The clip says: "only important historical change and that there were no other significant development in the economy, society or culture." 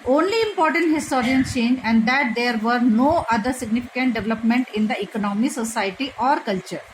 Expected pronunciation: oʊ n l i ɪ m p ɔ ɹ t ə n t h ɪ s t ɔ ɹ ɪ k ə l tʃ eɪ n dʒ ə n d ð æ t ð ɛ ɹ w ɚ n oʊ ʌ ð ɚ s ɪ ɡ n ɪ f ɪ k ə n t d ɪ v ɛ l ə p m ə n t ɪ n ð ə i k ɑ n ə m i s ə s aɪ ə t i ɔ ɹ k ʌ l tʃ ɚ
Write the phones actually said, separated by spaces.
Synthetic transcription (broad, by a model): oʊ n l i ɪ m p ɔ ɹ t ə n t h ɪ s t ɔ ɹ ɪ ə n tʃ eɪ n dʒ ə n d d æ t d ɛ ɹ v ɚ n oʊ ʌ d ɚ s ɪ ɡ n ɪ f ɪ k ə n t d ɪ v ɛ l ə p m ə n t ɪ n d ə i k ɑ n ə m i s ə s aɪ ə t i ɔ ɹ k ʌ l tʃ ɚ